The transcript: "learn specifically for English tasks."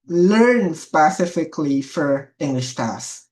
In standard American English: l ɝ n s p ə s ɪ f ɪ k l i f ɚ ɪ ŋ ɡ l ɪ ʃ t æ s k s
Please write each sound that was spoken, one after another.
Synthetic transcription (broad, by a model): l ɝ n s p ə s ɪ f ɪ k l i f ɚ ɪ ŋ ɡ l ɪ ʃ t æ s s